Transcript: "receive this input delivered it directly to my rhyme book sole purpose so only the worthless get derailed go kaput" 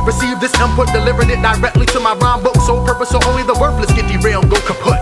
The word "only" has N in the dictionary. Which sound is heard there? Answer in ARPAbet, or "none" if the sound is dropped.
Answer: N